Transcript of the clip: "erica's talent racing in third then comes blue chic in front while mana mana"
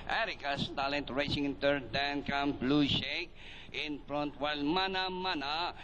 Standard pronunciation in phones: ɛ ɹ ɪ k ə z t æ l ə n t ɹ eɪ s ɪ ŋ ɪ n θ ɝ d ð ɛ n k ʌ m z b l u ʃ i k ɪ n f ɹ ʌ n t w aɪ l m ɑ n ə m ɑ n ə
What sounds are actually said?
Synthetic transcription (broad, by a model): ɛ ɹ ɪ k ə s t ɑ l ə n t ɹ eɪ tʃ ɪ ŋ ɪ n t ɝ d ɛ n k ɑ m b l u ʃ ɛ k ɪ n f ɹ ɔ n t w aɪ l m ɑ n ə m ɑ n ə